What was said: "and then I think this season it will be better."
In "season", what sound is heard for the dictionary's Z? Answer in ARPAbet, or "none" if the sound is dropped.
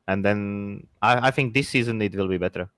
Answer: Z